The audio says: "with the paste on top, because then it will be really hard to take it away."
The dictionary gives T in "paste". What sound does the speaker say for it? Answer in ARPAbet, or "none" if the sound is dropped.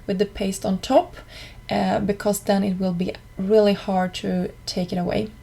T